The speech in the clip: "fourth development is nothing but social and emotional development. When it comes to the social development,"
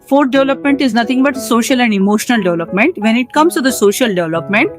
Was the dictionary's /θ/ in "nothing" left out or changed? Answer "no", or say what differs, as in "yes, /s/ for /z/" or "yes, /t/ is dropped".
yes, /t/ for /θ/